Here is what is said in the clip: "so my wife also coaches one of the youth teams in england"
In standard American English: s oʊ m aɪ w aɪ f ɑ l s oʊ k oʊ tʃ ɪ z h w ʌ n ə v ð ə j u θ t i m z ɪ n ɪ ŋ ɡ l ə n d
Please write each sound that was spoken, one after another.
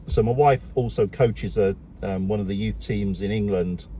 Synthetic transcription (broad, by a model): s oʊ m aɪ w aɪ f ɑ l s oʊ k oʊ tʃ ɪ z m w ʌ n ə v ð ə j u θ t i m z ɪ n ɪ ŋ ɡ l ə n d